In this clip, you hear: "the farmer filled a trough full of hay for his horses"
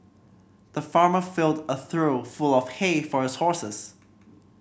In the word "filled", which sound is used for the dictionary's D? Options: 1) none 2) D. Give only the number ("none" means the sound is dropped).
2